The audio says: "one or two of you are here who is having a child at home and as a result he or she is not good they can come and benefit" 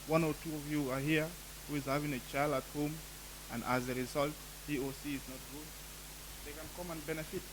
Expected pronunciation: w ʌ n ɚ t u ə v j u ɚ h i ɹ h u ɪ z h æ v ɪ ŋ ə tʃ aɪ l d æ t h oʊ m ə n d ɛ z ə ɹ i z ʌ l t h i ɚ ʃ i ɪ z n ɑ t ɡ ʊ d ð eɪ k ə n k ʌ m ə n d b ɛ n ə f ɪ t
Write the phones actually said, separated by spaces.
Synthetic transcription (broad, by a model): w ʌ n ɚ t u ə v j u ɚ h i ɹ h u ɪ z h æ v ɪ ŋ ə tʃ aɪ l d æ t h oʊ m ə n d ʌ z ə ɹ i z ʌ l t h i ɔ s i ɪ z n ɑ t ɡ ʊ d ð eɪ k ə n k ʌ m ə n b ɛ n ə f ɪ t